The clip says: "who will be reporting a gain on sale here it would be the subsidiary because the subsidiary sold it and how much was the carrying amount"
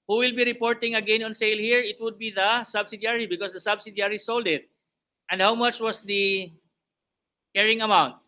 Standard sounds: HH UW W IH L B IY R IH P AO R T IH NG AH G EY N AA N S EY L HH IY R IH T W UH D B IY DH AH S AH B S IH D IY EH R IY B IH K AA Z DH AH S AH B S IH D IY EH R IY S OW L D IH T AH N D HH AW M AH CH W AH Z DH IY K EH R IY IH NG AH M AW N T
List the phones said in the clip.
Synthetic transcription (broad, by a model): HH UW W IH L B IY R IH P AO R T IH NG AH G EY N AA N S EY L HH IY R IH T W UH D B IY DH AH S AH B S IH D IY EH R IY B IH K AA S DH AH S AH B S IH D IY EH R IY S OW L D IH T AH N D HH AW M AH CH W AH S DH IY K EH R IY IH NG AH M AW N T